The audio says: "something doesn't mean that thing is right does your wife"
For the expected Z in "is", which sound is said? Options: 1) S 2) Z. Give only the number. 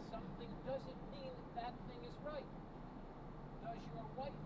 2